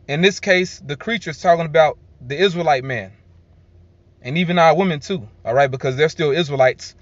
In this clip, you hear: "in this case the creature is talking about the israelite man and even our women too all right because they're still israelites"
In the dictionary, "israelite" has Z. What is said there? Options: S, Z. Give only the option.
Z